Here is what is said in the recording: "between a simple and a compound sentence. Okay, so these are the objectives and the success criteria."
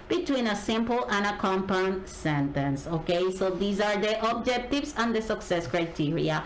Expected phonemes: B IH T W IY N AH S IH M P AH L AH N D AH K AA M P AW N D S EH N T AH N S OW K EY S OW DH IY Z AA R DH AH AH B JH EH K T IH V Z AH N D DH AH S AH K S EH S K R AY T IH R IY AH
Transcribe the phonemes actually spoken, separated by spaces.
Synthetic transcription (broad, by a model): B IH T W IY N AH S IH M P AH L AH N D AH K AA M P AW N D S EH N T AH N S OW K EY S OW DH IY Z AA R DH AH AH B JH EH K T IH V S AH N D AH S AH K S EH S K R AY T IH R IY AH